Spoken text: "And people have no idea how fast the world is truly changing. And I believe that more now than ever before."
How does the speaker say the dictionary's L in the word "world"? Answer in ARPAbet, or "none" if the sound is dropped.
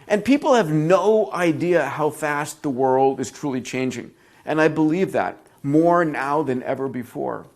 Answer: L